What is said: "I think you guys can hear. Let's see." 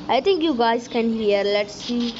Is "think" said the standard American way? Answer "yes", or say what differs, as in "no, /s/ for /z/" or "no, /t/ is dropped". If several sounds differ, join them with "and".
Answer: no, /t/ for /θ/